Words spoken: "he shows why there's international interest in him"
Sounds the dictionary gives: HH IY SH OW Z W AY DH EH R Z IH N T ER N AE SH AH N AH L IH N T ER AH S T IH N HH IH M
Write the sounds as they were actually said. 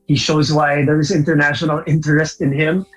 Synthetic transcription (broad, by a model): HH IY SH OW Z W AY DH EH R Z IH N T ER N AE SH AH N AH L IH N T ER AH S T IH N HH IH M